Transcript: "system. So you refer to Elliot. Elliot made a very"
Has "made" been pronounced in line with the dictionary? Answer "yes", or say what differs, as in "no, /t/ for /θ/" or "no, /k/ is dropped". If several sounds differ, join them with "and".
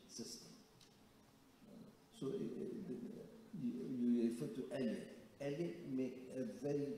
no, /d/ is dropped